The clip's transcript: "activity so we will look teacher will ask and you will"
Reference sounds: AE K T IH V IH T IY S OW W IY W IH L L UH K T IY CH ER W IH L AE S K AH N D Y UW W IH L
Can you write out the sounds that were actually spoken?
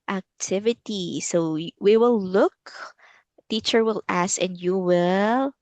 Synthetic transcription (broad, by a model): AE K T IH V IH T IY S OW W IY W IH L L UH K T IY CH ER W IH L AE S AH N D Y UW W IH L